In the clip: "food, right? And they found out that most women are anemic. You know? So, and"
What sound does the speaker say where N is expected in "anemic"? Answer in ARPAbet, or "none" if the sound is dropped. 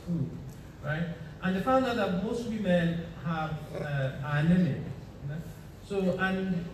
none